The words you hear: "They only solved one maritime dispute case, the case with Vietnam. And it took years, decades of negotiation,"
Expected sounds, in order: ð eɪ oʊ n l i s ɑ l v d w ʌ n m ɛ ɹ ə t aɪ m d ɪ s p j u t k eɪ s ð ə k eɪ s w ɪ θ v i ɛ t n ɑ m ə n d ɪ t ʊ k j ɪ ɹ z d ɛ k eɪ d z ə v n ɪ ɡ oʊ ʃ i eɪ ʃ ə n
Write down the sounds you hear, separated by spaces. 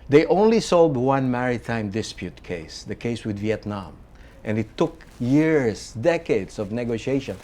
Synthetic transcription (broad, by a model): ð eɪ oʊ n l i s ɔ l d w ʌ n m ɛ ɹ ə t aɪ m d ɪ s p j u t k eɪ s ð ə k eɪ s w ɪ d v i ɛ t n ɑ m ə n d ɪ t ʊ k j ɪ ɹ s d ɛ k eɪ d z ə v n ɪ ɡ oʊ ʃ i eɪ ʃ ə n